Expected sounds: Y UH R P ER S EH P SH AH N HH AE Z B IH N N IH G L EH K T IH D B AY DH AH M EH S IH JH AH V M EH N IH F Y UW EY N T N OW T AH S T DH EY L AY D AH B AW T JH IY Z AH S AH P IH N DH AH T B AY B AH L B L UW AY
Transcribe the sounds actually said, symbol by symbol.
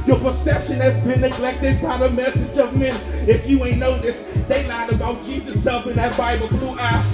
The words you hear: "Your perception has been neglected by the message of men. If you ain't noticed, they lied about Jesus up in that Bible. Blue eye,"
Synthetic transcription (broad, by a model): Y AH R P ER S EH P SH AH N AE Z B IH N N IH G L EH K T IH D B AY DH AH M EH S IH JH AH V M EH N IH F Y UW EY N N OW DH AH S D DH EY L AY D AH B AW T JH IY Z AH S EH F IH N DH AH T B AY B AH L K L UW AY